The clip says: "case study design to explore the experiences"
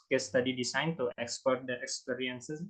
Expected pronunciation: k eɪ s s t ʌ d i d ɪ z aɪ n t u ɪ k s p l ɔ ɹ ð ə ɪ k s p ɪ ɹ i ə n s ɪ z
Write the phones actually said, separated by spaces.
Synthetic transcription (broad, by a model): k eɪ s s t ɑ d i d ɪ s aɪ n t u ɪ k s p ɔ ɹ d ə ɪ k s p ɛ ɹ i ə n s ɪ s